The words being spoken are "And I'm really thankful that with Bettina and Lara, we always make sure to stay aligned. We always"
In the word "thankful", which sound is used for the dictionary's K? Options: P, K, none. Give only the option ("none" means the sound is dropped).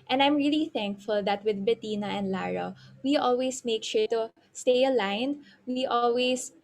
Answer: K